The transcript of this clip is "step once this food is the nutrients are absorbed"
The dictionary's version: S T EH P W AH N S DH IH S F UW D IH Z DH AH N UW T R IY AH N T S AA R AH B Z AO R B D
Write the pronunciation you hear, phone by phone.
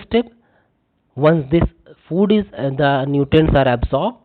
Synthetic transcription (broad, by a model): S T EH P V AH N S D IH S F UW D IH Z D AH N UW T IY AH N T S AA R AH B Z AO R B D